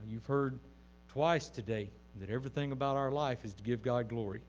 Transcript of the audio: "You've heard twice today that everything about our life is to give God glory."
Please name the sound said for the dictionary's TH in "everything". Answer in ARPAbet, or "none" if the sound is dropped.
TH